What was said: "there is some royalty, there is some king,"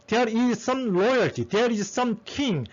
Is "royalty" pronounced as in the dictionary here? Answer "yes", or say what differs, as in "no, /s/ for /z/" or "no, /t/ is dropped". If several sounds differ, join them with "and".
no, /l/ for /ɹ/